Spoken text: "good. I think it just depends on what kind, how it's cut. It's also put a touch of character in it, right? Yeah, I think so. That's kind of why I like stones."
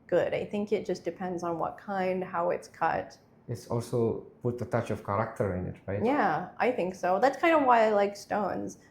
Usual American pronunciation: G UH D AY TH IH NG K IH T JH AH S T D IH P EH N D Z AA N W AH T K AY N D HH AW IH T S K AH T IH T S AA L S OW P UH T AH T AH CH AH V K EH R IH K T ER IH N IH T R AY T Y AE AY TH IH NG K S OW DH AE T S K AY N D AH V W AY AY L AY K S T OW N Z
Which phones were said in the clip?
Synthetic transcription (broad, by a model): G UH D AY TH IH NG K IH T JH AH S D IH P EH N D Z N W AH T K AY N D HH AW IH T S K AH T IH T S AA L S OW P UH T AH T AH CH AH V K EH R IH K T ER IH N IH T R AY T Y AE AY TH IH NG K S OW DH AE T S K AY N D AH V W AY AY L AY K S T OW N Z